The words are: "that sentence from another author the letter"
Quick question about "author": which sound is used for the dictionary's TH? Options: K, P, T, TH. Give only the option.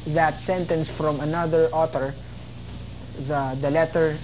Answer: T